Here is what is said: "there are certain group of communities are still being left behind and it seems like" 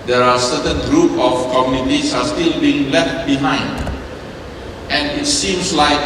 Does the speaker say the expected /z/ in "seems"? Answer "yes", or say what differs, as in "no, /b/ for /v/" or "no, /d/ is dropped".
no, /s/ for /z/